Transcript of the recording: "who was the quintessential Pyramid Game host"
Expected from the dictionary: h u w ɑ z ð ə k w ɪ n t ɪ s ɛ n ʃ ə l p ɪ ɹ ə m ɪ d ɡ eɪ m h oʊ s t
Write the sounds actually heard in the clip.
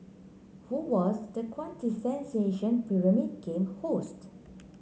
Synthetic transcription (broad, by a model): h u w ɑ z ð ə k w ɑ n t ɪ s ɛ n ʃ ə n p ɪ ɹ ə m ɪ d ɡ eɪ m h oʊ s t